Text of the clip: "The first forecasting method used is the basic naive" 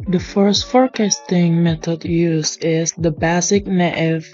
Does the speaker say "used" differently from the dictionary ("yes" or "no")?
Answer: yes